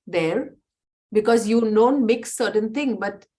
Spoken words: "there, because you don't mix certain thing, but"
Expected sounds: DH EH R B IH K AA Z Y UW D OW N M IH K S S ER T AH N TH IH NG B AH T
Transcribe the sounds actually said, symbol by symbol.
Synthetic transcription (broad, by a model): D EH R B IH K AA Z Y UW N OW N M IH K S S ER T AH N T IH NG B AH T